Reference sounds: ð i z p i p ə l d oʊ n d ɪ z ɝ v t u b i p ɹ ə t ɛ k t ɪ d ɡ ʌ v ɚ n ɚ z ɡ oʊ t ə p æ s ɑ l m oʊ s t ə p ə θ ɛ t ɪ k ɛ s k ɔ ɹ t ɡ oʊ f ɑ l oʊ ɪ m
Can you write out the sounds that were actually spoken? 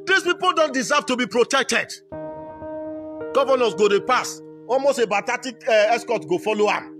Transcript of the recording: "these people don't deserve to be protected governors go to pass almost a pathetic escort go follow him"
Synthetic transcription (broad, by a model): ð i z p i p ə l d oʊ n d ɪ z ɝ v t u b i p ɹ ə t ɛ k t ɪ d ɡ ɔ v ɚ n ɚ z ɡ oʊ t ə p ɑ s ɑ l m oʊ s t ə b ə t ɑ t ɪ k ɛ s k ɔ t ɡ oʊ f ɑ l oʊ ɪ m